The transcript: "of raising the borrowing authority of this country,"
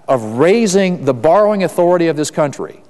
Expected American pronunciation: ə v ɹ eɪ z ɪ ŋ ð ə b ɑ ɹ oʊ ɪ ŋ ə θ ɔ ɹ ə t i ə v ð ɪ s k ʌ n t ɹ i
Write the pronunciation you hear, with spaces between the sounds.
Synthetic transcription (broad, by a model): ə v ɹ eɪ z ɪ ŋ ð ə b ɑ ɹ oʊ ɪ ŋ ə θ ɔ ɹ ə t i ə v ð ɪ s k ʌ n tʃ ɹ i